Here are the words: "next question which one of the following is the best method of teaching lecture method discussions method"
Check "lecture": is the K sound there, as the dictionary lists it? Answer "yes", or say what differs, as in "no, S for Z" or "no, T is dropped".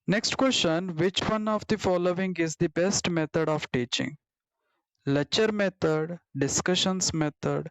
no, K is dropped